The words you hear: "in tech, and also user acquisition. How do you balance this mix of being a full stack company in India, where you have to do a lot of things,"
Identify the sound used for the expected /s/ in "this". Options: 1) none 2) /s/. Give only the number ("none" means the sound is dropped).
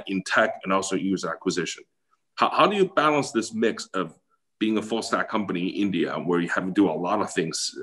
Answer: 2